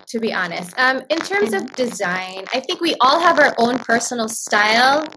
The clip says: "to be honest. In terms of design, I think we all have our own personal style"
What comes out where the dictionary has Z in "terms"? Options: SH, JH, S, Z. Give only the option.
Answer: Z